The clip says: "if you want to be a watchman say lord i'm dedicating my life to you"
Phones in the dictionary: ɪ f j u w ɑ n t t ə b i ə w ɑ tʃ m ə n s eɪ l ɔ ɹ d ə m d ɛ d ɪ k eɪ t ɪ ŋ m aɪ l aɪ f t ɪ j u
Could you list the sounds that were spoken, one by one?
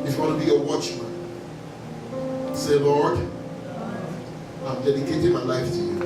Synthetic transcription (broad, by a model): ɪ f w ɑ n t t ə b i ə w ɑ tʃ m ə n s eɪ l ɔ ɹ d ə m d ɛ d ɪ k eɪ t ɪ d m aɪ l aɪ f t ɪ j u